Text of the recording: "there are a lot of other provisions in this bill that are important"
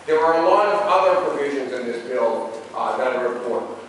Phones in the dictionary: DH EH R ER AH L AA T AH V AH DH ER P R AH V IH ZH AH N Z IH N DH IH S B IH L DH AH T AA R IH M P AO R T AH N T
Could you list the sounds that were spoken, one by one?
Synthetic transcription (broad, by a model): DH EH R ER AH L AA T AH V AH DH ER P R AH V IH ZH AH N Z IH N DH IH S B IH L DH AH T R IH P AO R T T